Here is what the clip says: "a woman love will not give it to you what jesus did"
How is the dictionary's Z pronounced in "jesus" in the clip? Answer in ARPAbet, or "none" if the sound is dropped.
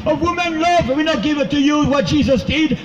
Z